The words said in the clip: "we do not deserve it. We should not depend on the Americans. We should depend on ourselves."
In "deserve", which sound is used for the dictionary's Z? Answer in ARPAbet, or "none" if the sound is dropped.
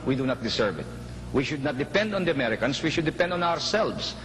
S